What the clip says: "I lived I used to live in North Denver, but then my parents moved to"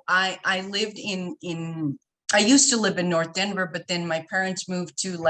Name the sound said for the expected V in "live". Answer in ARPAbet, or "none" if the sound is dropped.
V